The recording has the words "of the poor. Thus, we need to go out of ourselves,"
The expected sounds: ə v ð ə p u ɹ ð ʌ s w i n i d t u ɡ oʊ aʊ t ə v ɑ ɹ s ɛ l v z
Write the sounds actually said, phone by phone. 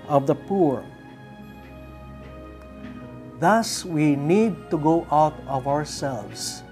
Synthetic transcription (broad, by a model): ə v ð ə p u ɹ ð ʌ s w i n i d t u ɡ oʊ aʊ t ə v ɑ ɹ s ɛ l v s